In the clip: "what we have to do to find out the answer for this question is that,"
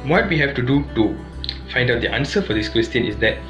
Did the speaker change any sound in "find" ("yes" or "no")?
no